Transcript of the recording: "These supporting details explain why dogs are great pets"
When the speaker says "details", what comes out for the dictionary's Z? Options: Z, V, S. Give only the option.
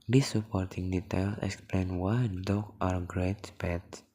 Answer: S